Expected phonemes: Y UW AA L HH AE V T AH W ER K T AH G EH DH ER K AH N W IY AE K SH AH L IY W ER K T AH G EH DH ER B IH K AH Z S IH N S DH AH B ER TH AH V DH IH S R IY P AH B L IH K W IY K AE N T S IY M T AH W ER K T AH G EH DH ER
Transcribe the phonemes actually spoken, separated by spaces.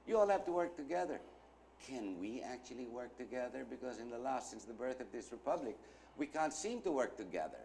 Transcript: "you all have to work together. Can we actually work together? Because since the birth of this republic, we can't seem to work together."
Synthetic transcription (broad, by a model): Y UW AA L HH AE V T AH W ER K T AH G EH DH ER K AH N W IY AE K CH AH L IY W ER K T AH G EH DH ER B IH K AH Z S IH N S DH AH B ER TH AH V DH IH S R IY P AH B L IH K W IY K AE N T S IY M T AH W ER K T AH G EH DH ER